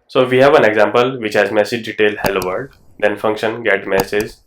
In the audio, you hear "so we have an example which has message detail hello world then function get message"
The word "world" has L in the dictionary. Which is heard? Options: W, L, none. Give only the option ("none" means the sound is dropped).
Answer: none